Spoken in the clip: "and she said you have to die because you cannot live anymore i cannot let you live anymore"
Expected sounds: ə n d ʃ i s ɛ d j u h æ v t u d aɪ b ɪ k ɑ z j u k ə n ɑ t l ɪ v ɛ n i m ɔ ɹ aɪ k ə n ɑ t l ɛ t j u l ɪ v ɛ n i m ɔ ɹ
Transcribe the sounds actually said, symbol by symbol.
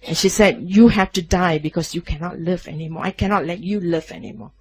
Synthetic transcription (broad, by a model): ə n ʃ i s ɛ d j u h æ f t u d aɪ b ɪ k ɑ s j u k ə n ɑ t l ɪ v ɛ n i m ɔ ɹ aɪ k ə n ɑ t l ɛ t j u l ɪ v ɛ n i m ɔ